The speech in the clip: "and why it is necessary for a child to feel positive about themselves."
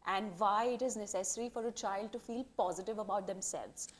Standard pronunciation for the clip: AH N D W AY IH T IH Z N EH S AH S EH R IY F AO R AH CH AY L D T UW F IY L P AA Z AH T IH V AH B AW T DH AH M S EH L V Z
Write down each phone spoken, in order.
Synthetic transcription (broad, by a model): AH N D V AY IH T IH Z N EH S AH S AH R IY F AO R AH CH AY L D T UW F IY L P AA Z AH T IH V AH B AW T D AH M S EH L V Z